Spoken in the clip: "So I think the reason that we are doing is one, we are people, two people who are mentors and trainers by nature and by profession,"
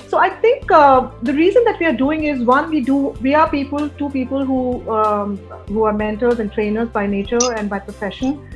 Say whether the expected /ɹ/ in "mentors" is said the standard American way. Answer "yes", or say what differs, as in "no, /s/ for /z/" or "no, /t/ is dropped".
no, /l/ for /ɹ/